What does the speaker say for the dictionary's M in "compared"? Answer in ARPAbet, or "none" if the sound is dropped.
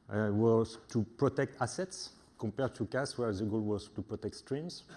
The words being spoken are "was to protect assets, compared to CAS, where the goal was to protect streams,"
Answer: none